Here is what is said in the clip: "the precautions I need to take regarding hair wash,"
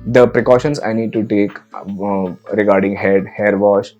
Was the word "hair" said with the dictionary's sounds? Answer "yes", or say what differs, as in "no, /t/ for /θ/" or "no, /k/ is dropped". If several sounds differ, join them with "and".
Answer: yes